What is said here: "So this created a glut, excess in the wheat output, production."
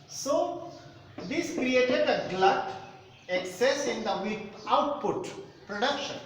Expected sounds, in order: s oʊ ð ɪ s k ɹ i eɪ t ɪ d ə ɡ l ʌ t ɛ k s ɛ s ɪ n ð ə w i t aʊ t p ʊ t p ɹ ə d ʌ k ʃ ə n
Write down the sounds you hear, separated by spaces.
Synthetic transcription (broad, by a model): s oʊ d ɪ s k ɹ i eɪ t ɪ d ə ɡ l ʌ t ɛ k s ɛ s ɪ n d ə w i aʊ t p ʊ t p ɹ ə d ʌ k ʃ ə n